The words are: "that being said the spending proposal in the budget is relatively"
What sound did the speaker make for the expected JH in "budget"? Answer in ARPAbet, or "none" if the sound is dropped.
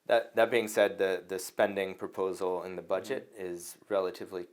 JH